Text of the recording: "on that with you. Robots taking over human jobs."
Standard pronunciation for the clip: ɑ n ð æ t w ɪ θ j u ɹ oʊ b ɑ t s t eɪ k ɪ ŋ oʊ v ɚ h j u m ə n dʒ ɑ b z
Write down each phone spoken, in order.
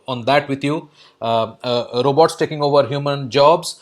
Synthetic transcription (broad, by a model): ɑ n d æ t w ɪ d j u ɹ oʊ b ɑ t s t eɪ k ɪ ŋ oʊ v ɚ h j u m ə n dʒ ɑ b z